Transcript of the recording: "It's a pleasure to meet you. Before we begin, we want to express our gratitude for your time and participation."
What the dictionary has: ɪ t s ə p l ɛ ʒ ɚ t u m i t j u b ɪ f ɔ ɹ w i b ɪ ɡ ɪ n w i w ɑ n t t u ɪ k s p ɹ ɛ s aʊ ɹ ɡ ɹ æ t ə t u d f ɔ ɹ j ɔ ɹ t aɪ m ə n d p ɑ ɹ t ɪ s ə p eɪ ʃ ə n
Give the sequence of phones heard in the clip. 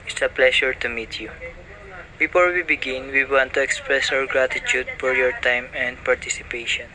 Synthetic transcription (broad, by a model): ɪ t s ə p l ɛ ʃ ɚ t u m i t j u b ɪ f ɔ ɹ w i b ɪ ɡ ɪ n w i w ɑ n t t u ɪ k s p ɹ ɛ s aʊ ɹ ɡ ɹ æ t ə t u d f ɔ ɹ j ɔ ɹ t aɪ m ə n d p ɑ ɹ t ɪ s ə p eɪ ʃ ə n